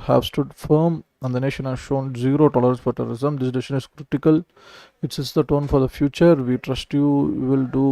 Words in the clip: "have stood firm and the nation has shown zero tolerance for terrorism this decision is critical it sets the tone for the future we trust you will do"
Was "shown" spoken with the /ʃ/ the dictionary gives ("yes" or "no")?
yes